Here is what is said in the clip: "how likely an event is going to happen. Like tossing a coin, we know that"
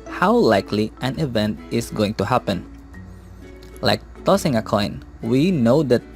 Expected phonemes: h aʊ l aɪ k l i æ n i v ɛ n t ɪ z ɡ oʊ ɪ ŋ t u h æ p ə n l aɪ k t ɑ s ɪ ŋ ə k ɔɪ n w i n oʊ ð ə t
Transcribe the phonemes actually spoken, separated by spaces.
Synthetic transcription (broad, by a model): h aʊ l aɪ k l i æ n i v ɛ n t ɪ s ɡ oʊ ɪ ŋ t u h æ p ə n l aɪ k t ɑ s ɪ ŋ ə k ɔɪ n w i n oʊ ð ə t